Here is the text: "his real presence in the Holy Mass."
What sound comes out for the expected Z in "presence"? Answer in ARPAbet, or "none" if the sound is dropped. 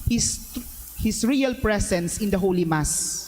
S